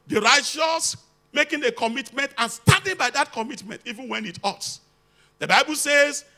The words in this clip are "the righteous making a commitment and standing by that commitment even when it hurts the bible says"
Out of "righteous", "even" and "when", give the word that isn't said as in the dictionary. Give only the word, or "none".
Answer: none